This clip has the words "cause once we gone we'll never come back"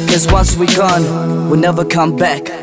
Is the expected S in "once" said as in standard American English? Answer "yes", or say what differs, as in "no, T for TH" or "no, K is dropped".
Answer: yes